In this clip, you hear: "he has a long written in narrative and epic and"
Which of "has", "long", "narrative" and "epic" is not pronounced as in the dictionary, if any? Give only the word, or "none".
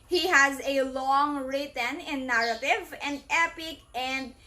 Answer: none